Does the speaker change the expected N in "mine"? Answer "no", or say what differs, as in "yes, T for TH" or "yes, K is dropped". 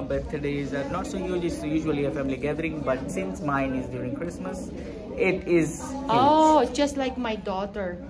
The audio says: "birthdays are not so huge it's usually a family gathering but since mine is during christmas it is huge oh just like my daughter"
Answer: no